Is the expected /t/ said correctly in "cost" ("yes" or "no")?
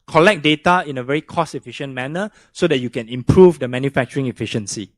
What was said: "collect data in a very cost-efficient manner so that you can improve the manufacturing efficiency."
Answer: no